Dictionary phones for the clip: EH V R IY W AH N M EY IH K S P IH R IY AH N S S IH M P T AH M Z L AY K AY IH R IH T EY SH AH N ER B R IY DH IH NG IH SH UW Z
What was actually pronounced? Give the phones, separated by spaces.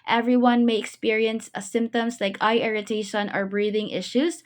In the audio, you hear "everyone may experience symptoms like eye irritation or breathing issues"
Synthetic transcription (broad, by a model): EH V R IY W AH N M EY IH K S P IH R IY AH N S S IH M P T AH M Z L AY K AY IH R IH T EY SH AH N ER B R IY DH IH NG IH SH UW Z